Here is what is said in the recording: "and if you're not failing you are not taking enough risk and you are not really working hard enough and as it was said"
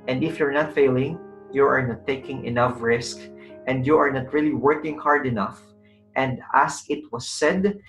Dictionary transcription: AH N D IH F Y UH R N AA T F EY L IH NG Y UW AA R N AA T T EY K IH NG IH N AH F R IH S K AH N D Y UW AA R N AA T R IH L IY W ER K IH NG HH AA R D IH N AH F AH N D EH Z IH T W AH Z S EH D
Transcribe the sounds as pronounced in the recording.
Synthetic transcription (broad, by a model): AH N D IH F Y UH R N AA T F EY L IH NG Y UW AA R N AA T T EY K IH NG IH N AH F R IH S K AH N D Y UW AA R N AA T R IH L IY W ER K IH NG HH AA R D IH N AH F AH N D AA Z IH T W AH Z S EH D